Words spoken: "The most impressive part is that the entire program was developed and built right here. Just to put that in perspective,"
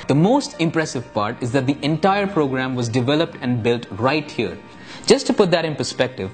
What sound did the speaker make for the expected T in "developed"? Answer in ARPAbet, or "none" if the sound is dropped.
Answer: T